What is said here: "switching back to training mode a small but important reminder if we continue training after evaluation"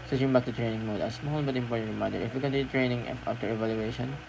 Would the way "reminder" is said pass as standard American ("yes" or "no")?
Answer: no